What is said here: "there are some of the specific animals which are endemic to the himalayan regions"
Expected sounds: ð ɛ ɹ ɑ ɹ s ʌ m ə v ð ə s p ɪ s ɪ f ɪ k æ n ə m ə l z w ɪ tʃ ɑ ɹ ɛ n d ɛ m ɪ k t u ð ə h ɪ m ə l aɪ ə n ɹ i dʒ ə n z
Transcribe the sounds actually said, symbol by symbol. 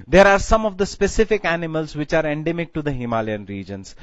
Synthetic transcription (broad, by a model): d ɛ ɹ ɑ ɹ s ʌ m ə v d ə s p ɪ s ɪ f ɪ k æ n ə m ə l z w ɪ tʃ ɑ ɹ ɛ n d ɛ m ɪ k t u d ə h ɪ m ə l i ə n ɹ i dʒ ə n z